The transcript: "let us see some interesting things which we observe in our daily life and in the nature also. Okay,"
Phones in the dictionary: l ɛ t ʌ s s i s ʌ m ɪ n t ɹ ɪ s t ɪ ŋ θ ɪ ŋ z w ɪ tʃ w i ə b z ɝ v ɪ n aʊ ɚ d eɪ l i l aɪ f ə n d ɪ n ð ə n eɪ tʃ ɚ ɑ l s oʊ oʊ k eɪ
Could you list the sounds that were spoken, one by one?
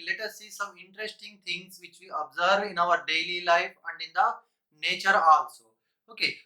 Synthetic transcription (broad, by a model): l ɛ t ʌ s s i s ʌ m ɪ n t ɹ ɪ s t ɪ ŋ t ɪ ŋ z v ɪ tʃ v i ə b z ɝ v ɪ n aʊ ɚ d eɪ l i l aɪ f ə n d ɪ n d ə n eɪ tʃ ɚ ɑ n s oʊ oʊ k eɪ